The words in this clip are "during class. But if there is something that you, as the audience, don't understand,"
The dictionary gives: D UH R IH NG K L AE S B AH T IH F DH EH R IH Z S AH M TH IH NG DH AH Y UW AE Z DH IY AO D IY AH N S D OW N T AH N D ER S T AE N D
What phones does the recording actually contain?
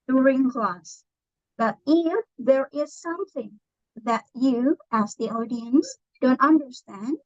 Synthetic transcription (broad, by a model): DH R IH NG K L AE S B AH T IH F DH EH R IH Z S AH M TH IH NG DH AH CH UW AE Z DH IY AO D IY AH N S D OW N T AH N D ER S T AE N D